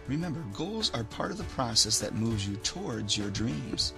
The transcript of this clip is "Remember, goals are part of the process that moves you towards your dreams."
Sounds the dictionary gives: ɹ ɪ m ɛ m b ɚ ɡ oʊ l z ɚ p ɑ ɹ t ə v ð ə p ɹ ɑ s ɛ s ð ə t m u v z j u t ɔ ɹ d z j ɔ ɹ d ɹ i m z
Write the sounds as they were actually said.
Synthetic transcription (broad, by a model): ɹ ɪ m ɛ m b ɚ ɡ oʊ l z ɚ p ɑ ɹ t ə v ð ə p ɹ ɑ s ɛ s ð ə t m u v z j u t ɔ ɹ d z j ɔ ɹ d ɹ i m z